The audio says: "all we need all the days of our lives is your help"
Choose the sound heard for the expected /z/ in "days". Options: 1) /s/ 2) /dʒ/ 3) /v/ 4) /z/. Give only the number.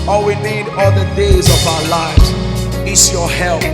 4